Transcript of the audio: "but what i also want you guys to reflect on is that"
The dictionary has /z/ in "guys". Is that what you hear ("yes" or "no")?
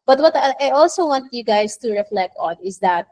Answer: no